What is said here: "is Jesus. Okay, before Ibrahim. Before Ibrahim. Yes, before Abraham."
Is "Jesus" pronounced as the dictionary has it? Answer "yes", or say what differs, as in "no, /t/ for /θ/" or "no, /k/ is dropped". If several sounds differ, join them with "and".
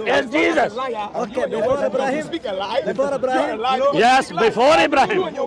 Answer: yes